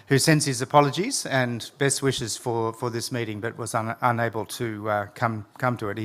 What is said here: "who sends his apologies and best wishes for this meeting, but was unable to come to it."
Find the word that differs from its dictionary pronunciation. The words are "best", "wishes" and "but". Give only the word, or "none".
none